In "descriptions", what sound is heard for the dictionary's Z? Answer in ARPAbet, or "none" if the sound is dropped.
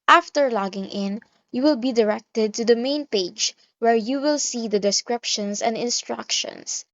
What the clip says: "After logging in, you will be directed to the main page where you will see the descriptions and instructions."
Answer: S